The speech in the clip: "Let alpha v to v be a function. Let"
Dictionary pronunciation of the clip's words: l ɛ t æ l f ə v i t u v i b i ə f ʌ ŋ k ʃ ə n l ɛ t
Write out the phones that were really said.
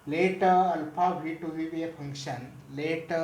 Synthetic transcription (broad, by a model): l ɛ t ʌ l p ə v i t u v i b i ə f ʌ ŋ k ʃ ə n l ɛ t